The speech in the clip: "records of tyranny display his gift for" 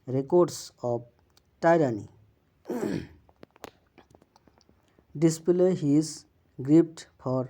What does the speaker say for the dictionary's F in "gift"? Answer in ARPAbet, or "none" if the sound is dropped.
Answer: P